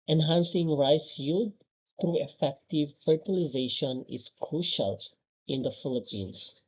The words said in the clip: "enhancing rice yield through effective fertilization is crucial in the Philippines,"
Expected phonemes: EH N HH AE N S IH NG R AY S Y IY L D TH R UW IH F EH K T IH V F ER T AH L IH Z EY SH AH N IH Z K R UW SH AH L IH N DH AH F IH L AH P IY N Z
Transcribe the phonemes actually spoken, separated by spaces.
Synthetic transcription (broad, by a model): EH N HH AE N S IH NG R AY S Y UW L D T R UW IH F EH K T IH V F ER T AH L IH Z EY SH AH N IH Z K R UW SH AH L IH N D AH F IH L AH P IY N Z